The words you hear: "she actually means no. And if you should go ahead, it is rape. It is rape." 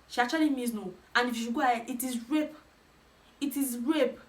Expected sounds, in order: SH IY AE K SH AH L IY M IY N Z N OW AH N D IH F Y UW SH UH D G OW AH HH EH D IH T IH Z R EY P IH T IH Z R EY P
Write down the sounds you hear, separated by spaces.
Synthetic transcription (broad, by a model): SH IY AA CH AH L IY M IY Z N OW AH N IH F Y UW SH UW G OW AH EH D IH T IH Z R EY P IH T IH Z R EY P